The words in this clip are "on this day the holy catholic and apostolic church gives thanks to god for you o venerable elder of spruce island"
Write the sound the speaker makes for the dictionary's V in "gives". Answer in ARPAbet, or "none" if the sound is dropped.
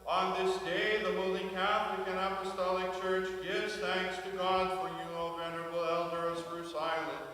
V